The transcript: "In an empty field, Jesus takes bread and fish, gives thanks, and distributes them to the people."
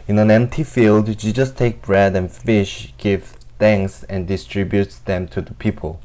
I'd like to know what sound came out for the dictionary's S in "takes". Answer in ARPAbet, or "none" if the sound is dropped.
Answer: none